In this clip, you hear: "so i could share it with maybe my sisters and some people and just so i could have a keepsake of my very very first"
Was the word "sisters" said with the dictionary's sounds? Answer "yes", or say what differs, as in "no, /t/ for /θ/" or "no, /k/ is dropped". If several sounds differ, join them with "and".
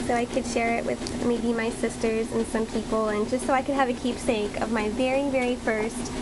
yes